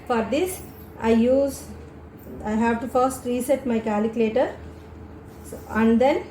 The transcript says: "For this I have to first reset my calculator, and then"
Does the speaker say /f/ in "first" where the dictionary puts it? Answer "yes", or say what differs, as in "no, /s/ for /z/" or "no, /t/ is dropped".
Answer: yes